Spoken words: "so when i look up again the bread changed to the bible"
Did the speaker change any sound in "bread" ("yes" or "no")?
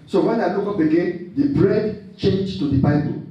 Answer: no